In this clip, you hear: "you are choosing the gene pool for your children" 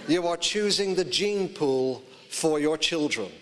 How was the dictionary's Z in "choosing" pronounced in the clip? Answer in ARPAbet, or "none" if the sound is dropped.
Z